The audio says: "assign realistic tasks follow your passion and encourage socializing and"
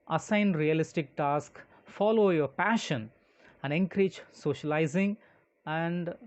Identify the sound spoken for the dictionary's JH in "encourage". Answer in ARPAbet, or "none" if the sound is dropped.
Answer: CH